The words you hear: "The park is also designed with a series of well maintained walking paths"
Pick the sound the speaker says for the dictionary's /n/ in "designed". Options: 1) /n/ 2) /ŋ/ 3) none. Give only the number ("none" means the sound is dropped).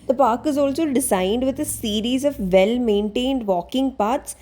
1